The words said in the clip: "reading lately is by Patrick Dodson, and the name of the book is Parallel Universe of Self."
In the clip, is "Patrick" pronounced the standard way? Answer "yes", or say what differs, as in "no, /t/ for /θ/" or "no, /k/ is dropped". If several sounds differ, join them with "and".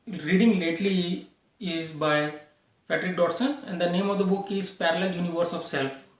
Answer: no, /f/ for /p/